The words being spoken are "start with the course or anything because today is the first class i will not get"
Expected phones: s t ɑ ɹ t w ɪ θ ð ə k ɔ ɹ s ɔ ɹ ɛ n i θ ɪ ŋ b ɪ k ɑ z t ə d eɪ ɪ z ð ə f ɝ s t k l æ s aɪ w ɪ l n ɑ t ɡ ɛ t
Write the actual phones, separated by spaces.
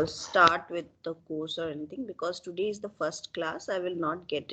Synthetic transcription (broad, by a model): s t ɑ ɹ t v ɪ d ə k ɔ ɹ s ɔ ɹ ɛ n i t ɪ ŋ b ɪ k ɑ z t ə d eɪ ɪ z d ə f ɝ s t k l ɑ s aɪ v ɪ l n ɑ t ɡ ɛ t